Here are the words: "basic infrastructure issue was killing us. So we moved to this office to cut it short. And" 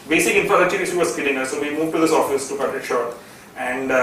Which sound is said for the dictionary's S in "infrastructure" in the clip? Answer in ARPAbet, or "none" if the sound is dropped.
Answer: none